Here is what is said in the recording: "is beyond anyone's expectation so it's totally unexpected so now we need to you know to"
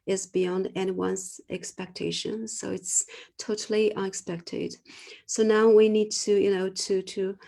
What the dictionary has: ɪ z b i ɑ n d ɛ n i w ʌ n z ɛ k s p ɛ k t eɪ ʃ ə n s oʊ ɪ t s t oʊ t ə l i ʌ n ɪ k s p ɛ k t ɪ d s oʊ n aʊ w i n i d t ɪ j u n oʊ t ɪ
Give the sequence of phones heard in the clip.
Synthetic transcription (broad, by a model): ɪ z b i ɑ n d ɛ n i w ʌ n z ɛ k s p ɛ k t eɪ ʃ ə n s oʊ ɪ t s t oʊ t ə l i ʌ n ɪ k s p ɛ k t ɪ d s oʊ n aʊ w i n i d t ɪ j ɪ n oʊ t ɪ